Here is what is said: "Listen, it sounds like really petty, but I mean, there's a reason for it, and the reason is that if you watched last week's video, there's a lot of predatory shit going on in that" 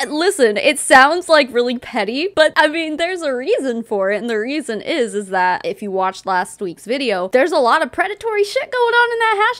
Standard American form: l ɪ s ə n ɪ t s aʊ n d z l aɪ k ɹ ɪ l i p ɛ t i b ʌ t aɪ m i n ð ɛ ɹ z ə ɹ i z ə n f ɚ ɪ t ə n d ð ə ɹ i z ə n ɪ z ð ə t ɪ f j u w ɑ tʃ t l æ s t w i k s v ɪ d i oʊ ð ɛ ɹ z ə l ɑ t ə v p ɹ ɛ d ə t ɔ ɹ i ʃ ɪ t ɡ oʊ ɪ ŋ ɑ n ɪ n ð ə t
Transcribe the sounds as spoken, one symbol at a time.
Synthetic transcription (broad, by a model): l ɪ s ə n ɪ t s aʊ n d z l aɪ k ɹ ɪ l i p ɛ t i b ʌ t aɪ m i n ð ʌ ɹ z ə ɹ i z ə n f ɚ ɪ t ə n ð ə ɹ i z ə n ɪ z ð ə t ɪ f j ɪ w ɑ tʃ t l æ s t w i k s v ɪ d i oʊ ð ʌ ɹ z ə l ɑ t ə v p ɹ ɛ d ə t ɔ ɹ i ʃ ɪ t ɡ oʊ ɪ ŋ n ɪ n ð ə t